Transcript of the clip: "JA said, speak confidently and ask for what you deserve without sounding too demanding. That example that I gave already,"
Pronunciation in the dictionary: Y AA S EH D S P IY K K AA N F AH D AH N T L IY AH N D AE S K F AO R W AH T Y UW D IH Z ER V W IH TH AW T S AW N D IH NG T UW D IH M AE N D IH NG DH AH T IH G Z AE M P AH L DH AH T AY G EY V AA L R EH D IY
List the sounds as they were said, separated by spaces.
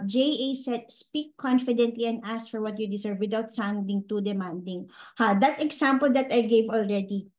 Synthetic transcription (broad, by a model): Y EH S EH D S P IY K K AA N F AH D AH N T L IY AH N D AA S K F AO R W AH T Y UW D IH S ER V W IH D AW T S AW N D IH NG T UW D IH M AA N D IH NG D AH T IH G S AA M P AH L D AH T AY G EY V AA L R EH D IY